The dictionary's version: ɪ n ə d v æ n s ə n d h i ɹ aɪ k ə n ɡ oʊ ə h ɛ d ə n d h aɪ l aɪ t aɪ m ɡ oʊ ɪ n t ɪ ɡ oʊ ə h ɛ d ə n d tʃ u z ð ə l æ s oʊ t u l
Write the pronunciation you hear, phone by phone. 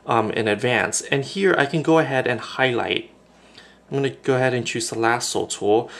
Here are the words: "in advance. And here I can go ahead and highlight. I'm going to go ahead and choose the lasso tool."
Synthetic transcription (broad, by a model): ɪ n ə d v æ n s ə n h i ɹ aɪ k ə n ɡ oʊ ə h ɛ d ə n h aɪ l aɪ t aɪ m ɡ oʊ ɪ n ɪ ɡ oʊ ə h ɛ d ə n tʃ u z ð ə l æ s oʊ t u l